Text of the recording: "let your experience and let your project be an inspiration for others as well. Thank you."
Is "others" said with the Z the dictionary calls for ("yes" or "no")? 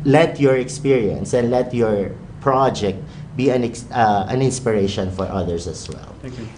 no